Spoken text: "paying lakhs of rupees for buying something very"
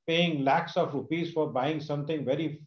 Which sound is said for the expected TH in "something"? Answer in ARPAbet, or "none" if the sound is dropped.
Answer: T